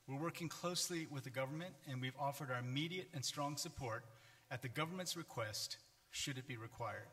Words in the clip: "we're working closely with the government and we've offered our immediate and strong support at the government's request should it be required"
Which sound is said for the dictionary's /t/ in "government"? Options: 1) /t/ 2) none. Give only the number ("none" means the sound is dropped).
1